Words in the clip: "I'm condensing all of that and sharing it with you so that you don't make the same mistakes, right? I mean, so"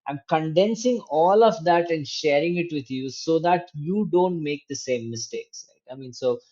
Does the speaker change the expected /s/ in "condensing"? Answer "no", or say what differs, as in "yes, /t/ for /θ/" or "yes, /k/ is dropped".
no